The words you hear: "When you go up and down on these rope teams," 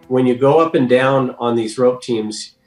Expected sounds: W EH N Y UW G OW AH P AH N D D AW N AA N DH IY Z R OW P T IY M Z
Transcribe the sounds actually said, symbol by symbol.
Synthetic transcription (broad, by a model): W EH N Y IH G OW AH P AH N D D AW N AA N DH IY Z R OW P T IY M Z